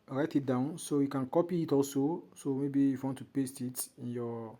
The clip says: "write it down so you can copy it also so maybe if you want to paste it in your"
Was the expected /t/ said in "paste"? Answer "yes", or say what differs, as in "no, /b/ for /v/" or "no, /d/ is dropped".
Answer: yes